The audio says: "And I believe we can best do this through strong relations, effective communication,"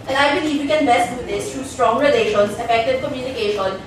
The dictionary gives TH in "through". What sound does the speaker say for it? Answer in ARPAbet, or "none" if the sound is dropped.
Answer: T